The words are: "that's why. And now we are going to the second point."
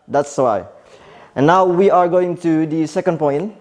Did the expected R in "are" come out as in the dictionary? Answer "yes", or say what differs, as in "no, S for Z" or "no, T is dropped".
yes